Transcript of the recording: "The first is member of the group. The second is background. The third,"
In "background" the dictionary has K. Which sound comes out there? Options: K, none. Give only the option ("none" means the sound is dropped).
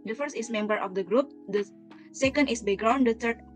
none